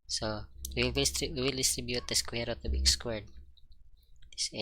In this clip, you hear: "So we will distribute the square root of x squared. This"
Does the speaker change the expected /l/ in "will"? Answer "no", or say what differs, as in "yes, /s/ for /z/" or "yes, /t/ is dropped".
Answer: no